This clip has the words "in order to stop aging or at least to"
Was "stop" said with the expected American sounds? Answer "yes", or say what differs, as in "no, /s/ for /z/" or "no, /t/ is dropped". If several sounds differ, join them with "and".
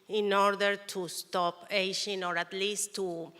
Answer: yes